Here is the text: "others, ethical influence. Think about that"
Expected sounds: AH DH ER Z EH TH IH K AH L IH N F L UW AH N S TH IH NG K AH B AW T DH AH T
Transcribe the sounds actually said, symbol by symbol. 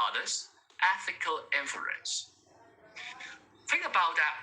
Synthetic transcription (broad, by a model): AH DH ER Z EH TH IH K AH L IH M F UW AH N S TH IH NG K AH B AW T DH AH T